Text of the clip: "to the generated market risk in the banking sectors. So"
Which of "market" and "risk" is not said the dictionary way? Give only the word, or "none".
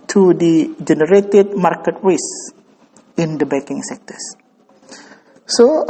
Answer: risk